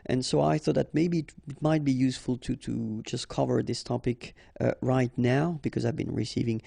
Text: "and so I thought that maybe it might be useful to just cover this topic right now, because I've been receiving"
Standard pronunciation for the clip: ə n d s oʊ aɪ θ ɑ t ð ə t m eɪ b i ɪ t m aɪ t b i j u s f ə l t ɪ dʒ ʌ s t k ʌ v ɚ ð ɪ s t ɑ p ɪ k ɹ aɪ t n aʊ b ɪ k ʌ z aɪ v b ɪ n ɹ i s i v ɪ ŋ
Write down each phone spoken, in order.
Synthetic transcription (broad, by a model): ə n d s oʊ aɪ θ ɑ t ð ə t m eɪ b i ɪ t m aɪ t b i j u s f ə l t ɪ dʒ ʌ s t k ʌ v ɚ ð ɪ s t ɑ p ɪ k ɹ aɪ t n aʊ b ɪ k ʌ z aɪ v b ɪ n ɹ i s i v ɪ ŋ